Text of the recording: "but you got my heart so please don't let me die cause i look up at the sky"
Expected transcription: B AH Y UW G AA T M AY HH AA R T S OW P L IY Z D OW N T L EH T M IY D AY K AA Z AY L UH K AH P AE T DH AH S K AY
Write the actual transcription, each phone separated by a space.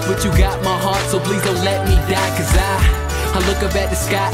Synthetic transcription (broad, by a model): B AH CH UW G AA T M AY HH AA R T S OW P L IY Z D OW N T L EH T M IY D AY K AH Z AY L UH K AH B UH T DH AH S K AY